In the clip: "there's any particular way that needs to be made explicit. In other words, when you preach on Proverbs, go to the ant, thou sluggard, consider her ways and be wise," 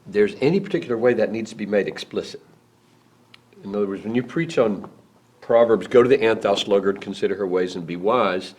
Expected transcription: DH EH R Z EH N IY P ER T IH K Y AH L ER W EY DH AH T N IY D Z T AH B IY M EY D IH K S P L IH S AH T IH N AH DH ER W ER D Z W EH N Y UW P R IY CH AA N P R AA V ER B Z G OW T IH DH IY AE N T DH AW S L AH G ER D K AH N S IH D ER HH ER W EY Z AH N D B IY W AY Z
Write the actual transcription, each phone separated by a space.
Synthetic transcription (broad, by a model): DH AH R Z EH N IY P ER T IH K Y L ER W EY DH AH T N IY D Z T AH B IY M EY D IH K S P L IH S AH T IH N AH DH ER W ER D Z W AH N Y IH P R IY CH N P R AA V ER B Z G OW T IH DH IY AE N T DH AW S L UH G ER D K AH N S IH D ER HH ER W EY Z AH N B IY W AY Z